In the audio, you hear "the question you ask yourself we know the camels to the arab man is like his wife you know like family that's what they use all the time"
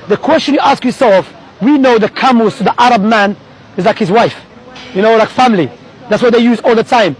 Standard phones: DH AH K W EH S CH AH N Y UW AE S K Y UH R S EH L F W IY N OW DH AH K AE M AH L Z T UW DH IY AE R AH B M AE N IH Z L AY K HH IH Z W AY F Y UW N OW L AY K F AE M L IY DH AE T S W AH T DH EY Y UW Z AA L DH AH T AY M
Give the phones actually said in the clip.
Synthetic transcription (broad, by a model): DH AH K W EH S CH AH N Y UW AE S K Y UH R S EH L F W IY N OW DH AH K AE M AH Z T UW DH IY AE R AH B M AE N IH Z L AY K HH IH Z W AY F Y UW N OW L AY K F AE M L IY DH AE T S W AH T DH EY Y UW Z AA L DH AH T AY M